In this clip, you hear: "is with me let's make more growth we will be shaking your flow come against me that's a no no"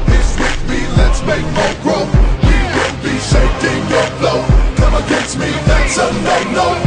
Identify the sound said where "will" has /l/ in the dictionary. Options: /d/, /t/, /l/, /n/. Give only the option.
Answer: /n/